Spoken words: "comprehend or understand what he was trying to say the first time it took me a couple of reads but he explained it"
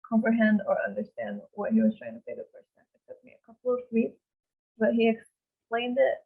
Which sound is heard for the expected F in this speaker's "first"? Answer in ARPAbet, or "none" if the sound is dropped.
P